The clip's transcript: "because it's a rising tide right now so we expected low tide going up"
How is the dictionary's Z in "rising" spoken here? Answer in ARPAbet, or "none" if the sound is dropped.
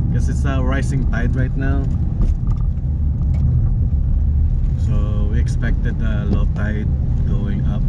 S